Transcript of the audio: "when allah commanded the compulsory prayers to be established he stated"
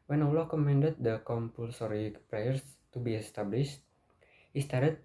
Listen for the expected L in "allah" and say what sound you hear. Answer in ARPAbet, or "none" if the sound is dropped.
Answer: L